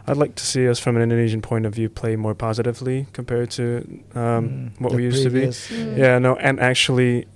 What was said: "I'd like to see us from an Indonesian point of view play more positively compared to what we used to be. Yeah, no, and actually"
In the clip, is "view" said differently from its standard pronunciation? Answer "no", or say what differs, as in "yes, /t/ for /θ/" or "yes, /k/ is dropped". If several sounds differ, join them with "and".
no